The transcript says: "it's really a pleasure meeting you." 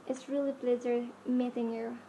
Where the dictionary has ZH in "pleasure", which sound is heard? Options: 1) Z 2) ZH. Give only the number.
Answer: 1